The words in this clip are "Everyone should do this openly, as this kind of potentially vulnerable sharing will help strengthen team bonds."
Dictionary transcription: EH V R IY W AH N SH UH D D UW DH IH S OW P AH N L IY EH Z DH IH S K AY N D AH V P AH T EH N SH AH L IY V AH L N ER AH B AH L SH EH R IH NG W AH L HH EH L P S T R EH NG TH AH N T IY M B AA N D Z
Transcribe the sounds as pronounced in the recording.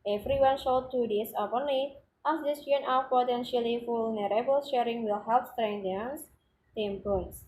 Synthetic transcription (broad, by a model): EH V R IY W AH N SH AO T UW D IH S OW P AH N L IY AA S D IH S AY N AH F P AH T EH N SH AH L IY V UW L N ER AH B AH L SH EH R IH NG W AH L HH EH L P S T R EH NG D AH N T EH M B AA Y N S